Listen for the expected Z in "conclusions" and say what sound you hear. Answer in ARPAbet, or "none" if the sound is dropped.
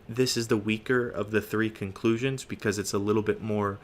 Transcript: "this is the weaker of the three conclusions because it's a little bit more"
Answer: Z